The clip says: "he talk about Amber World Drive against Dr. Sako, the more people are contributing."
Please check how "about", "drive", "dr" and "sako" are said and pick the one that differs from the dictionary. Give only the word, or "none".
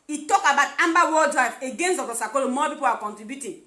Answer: dr